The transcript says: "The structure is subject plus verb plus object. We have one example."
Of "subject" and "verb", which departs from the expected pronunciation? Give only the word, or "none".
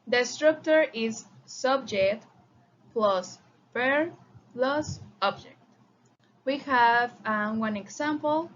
verb